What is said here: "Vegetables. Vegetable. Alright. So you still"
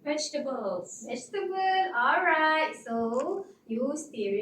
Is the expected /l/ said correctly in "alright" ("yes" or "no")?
yes